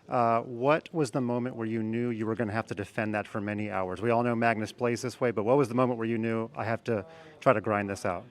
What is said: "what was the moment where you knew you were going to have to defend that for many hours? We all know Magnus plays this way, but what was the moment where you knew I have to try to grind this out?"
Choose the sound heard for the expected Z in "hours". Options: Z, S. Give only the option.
Z